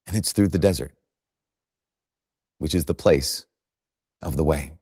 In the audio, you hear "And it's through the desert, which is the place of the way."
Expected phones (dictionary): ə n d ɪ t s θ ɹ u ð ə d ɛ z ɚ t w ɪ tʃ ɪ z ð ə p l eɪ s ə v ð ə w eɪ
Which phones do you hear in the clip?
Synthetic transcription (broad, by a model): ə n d ɪ t s θ ɹ u ð ə d ɛ z ɚ t w ɪ tʃ ɪ z ð ə p l eɪ s ə v ð ə w eɪ